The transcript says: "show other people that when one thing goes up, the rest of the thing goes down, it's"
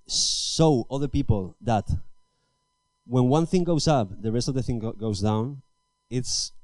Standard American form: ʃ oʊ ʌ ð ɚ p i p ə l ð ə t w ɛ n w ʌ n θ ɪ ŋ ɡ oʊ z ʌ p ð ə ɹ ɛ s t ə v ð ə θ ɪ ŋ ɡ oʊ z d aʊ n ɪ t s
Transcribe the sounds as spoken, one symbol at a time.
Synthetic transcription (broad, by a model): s oʊ ʌ ð ɚ p i p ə l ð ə t w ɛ n w ʌ n θ ɪ ŋ ɡ oʊ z ʌ p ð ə ɹ ɛ s t ə v ð ə θ ɪ ŋ ɡ oʊ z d aʊ n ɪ t s